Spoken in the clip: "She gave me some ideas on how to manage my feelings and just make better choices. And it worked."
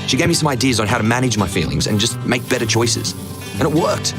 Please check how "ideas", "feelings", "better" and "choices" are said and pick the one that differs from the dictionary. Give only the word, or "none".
none